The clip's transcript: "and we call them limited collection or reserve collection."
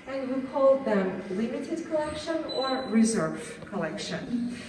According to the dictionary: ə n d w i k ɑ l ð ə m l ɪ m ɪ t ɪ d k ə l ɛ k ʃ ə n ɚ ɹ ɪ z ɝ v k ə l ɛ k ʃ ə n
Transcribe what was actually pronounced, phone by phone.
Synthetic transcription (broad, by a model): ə n w i k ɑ l ð ə m l ɪ m ɪ t ɪ d k ə l ɛ k ʃ ə n ɚ ɹ ɪ z ɝ v k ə l ɛ k ʃ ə n